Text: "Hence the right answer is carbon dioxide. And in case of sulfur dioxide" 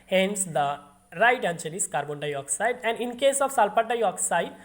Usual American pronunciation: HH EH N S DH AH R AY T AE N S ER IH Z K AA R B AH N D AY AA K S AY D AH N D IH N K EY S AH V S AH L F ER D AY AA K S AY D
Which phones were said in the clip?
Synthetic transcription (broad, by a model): HH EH N S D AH R AY T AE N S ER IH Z K AA R B AH N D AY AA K S AY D AH N D IH N K EY S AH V S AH L P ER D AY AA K S AY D